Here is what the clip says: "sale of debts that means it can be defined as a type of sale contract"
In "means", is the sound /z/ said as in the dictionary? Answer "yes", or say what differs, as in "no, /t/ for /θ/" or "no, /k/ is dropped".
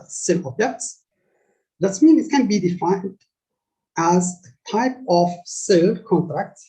no, /z/ is dropped